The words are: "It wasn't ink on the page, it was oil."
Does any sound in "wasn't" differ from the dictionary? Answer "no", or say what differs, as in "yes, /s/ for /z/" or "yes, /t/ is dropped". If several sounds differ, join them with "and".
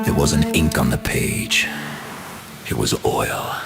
yes, /t/ is dropped